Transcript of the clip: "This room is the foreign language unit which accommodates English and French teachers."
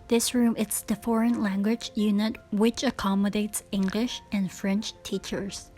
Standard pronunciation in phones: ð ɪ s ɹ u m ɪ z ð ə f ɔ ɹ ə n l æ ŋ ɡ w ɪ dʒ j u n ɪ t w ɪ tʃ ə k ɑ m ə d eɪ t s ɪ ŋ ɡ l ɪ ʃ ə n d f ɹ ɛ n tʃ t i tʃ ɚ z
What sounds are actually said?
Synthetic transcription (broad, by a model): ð ɪ s ɹ u m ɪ s ð ə f ɔ ɹ ə n l æ ŋ ɡ w ɪ dʒ j u n ɪ t w ɪ tʃ ə k ɑ m ə d eɪ t s ɪ ŋ ɡ l ɪ ʃ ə n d f ɹ ɛ n tʃ t i tʃ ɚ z